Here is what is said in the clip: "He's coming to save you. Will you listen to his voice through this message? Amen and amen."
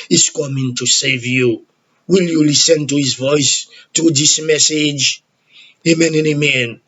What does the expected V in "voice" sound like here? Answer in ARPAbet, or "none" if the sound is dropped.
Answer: V